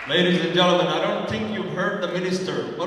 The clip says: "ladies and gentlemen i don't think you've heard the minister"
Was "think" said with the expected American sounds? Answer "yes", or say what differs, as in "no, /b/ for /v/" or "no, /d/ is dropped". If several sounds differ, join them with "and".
yes